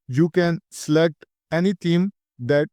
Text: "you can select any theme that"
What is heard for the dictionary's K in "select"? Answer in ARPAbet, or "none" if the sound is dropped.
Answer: none